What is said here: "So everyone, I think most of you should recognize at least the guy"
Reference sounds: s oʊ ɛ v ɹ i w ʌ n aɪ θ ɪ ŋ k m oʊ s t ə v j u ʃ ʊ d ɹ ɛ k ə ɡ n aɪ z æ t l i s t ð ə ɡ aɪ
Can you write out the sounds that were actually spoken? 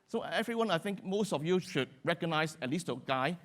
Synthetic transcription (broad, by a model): s oʊ ɛ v ɹ i w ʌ n aɪ θ ɪ ŋ k m oʊ s t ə f j u ʃ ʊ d ɹ ɛ k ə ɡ n aɪ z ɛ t l i s t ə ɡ aɪ